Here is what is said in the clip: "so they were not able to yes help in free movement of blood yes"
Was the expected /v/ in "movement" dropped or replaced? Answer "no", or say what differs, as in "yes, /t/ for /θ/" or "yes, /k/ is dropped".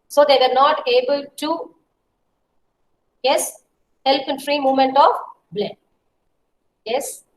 yes, /v/ is dropped